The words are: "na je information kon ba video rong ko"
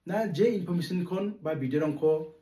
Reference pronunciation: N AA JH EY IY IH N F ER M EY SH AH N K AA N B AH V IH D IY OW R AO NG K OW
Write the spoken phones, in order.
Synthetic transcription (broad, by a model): N AA JH EY IY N P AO M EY S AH N K AA N B AH B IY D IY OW R AO NG K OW